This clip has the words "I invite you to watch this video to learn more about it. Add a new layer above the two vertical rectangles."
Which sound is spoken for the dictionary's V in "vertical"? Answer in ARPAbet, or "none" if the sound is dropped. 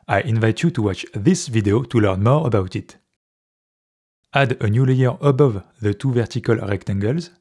V